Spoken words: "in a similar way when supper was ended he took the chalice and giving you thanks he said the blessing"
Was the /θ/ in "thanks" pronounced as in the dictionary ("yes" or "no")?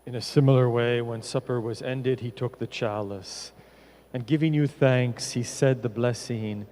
yes